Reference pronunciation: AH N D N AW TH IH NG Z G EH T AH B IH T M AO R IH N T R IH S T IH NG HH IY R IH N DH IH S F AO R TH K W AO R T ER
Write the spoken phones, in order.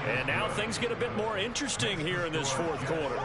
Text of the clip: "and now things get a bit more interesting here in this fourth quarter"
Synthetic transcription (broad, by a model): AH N N AW TH IH NG Z G EH T AH B IH T M AO R IH N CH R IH S T IH NG HH IY R IH N DH IH S F AO R TH K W AO R T ER